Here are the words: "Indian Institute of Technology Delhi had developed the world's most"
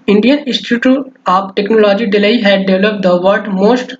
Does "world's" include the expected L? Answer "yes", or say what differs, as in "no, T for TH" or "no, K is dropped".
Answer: no, L is dropped